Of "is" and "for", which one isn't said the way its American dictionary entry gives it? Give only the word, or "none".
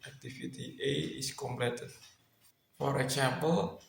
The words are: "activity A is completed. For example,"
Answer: is